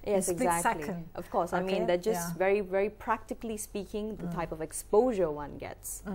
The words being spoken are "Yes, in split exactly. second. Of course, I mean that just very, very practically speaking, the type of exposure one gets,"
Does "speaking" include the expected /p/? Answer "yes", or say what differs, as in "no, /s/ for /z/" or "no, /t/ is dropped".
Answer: yes